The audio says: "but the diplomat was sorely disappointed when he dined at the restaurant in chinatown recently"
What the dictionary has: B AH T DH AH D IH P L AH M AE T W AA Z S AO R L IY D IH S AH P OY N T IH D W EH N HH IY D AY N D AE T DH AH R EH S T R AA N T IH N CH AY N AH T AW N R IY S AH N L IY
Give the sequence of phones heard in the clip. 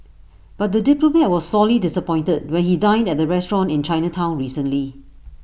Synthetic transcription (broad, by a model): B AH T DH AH D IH P L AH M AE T W AA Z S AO L IY D IH S AH P OY N T IH D W EH N HH IY D AY N D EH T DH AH R EH S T R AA N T IH N CH AY N AH T AW N R IY S AH N L IY